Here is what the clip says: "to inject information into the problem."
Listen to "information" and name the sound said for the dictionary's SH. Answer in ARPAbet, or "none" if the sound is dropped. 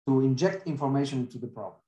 none